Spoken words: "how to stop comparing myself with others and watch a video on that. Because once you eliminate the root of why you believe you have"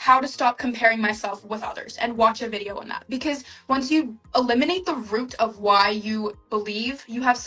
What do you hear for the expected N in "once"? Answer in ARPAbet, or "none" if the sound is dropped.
N